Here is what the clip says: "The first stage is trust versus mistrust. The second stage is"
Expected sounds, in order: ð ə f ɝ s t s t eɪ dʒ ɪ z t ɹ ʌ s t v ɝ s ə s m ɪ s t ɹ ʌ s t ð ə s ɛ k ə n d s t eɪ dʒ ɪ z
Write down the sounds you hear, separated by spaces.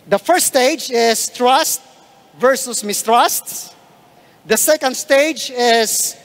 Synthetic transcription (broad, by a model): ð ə f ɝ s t s t eɪ dʒ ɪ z t ɹ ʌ s t v ɝ s ə s m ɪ s t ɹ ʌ s t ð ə s ɛ k ə n d s t eɪ dʒ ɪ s